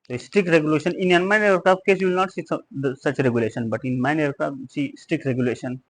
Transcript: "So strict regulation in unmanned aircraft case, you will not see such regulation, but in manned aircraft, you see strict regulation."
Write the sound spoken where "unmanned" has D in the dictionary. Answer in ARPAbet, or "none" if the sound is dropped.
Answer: none